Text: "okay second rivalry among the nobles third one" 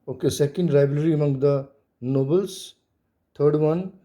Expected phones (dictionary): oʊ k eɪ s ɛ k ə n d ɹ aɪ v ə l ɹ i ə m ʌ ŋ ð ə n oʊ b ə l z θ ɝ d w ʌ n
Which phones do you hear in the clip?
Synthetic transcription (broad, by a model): oʊ k eɪ s ɛ k ə n d ɹ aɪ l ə ɹ i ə m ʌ ŋ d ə n oʊ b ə l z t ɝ d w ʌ n